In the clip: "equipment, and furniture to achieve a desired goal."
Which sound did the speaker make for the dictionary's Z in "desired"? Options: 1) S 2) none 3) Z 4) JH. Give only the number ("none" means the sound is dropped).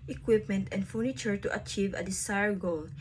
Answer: 1